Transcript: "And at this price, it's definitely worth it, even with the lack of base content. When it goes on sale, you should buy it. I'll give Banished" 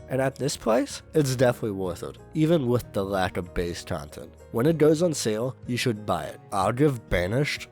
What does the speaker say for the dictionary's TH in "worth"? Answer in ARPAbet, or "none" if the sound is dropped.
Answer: TH